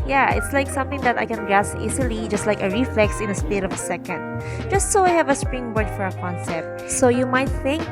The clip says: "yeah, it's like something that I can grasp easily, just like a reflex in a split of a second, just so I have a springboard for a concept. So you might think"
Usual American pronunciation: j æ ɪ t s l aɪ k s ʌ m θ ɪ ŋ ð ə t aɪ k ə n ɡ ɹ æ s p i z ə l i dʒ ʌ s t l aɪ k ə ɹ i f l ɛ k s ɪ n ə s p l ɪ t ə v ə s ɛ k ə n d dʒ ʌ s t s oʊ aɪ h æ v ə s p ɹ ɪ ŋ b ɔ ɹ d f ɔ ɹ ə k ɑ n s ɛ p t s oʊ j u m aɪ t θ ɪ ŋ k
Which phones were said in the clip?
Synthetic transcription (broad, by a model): j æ ɪ t s l aɪ k s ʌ m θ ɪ ŋ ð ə t aɪ k ə n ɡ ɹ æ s i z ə l i dʒ ʌ s t l aɪ k ə ɹ i f l ɛ k s ɪ n ə s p ɪ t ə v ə s ɛ k ə n d dʒ ʌ s t s oʊ aɪ h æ v ə s p ɹ ɪ ŋ b ɔ ɹ d f ɔ ɹ ə k ɑ n s ɛ p t s oʊ j u m aɪ t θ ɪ ŋ k